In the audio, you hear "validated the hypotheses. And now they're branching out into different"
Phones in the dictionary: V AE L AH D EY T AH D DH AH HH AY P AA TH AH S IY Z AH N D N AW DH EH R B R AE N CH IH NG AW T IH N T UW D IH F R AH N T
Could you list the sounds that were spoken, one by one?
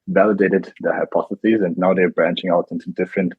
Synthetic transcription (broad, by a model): V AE L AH D EY T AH D DH AH HH AY P AA TH AH S IY Z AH N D N AW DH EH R B R AE N CH IH NG AW T IH N T UW D IH F R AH N T